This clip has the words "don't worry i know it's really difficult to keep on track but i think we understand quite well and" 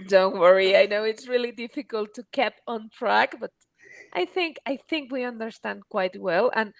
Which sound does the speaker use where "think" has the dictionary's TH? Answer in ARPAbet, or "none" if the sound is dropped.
TH